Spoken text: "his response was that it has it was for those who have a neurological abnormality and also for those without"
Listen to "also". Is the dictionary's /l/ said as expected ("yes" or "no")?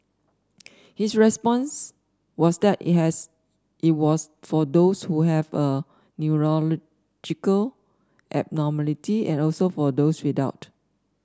yes